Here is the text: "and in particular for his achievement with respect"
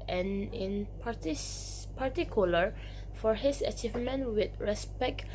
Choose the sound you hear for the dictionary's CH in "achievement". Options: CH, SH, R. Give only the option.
CH